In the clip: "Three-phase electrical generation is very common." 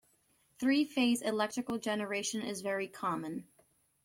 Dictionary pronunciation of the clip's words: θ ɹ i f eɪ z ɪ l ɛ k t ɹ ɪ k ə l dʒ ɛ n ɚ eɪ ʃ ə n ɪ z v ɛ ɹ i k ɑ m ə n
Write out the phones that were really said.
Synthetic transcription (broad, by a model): θ ɹ i f eɪ z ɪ l ɛ k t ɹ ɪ k l dʒ ɛ n ɚ eɪ ʃ ə n ɪ z v ɛ ɹ i k ɑ m ə n